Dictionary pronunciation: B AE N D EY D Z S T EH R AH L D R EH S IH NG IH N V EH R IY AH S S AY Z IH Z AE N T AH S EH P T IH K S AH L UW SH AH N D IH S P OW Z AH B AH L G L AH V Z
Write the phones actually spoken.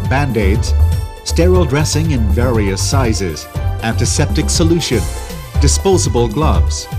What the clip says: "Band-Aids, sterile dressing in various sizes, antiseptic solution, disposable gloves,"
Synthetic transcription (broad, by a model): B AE N D EY D Z S T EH R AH L D R EH S IH NG IH N V EH R IY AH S S AY Z IH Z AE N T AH S EH P T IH K S AH L UW SH AH N D IH S P OW Z AH B AH L G L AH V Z